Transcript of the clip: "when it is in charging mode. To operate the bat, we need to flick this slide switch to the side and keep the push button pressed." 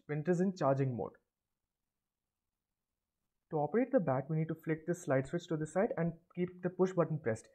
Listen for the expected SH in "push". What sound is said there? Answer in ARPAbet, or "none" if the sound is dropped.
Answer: SH